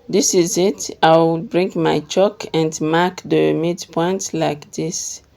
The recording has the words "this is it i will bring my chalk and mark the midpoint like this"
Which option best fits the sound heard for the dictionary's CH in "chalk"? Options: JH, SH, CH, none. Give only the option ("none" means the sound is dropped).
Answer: CH